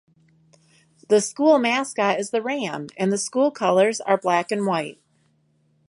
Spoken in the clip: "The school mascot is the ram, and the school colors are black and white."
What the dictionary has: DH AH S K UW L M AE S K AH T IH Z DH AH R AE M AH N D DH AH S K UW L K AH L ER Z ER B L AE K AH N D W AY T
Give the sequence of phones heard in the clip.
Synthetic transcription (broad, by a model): DH AH S K UW L M AE S K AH IH Z DH AH R AE M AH N DH AH S K UW L K AH L ER Z ER B L AE K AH N W AY T